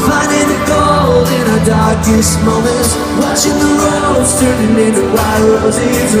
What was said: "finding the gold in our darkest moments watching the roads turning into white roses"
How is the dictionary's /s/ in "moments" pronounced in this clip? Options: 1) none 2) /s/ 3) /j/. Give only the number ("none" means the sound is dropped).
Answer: 1